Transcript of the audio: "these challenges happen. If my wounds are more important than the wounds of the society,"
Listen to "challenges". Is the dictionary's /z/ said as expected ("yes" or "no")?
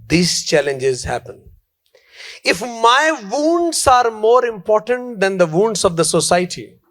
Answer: yes